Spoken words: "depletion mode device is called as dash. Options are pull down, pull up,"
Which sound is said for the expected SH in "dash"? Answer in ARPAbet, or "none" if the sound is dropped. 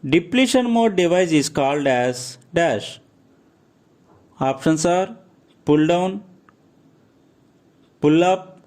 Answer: SH